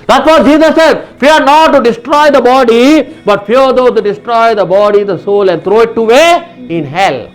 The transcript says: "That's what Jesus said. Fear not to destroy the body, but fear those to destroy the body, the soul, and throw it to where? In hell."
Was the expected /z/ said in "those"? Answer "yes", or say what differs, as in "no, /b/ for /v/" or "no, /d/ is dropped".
no, /z/ is dropped